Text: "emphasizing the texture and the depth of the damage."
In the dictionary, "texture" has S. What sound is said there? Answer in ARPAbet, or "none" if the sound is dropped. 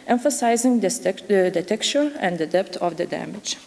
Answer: none